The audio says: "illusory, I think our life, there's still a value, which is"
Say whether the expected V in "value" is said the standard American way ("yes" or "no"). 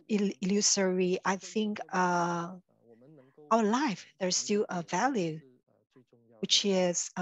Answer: yes